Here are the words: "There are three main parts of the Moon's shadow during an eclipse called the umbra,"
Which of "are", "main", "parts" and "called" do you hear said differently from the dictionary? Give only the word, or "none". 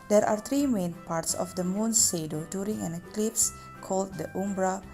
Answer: none